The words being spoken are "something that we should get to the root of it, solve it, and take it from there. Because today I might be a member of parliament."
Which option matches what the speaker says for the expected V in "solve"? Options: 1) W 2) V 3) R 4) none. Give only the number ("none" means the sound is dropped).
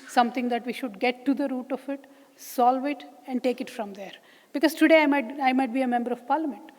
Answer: 2